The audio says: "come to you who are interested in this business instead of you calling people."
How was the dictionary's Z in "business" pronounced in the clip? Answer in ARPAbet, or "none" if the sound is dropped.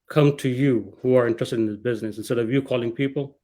Z